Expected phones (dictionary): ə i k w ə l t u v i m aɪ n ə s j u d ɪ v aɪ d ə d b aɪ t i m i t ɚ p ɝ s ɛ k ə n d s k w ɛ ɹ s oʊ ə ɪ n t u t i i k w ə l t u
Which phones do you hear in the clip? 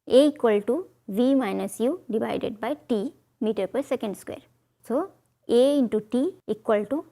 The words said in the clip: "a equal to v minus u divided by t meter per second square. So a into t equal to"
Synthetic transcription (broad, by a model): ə i k w ə l t u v i m aɪ n ə s j u d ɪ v aɪ d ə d b aɪ t i m i t ɚ p ɝ s ɛ k ə n d s k w ɛ ɹ s oʊ ə ɪ n t u t i i k w ə l t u